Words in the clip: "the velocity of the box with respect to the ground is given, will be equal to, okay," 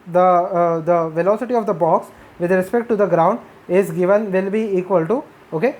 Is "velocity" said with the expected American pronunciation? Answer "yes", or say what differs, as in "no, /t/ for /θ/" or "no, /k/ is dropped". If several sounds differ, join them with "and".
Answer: yes